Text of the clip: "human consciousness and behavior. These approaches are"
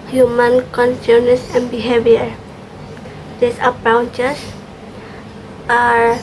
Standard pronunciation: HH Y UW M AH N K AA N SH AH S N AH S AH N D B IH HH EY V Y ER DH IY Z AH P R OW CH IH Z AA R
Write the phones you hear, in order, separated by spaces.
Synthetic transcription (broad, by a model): HH Y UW M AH N K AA N S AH N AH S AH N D B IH HH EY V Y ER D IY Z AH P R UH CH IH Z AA R